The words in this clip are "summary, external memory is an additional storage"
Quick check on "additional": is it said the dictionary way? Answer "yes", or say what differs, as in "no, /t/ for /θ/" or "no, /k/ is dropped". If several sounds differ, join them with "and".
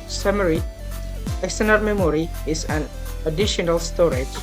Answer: yes